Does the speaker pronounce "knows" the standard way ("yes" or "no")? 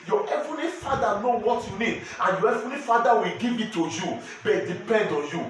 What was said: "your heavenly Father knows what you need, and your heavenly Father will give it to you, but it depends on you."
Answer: no